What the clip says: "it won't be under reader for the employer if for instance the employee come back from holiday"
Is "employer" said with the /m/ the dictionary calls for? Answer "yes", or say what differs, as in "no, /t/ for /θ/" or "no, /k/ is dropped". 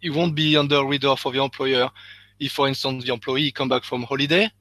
no, /m/ is dropped